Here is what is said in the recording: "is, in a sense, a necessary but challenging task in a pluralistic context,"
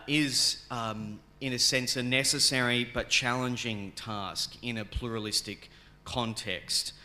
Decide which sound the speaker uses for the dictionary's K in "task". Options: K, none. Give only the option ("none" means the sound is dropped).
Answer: K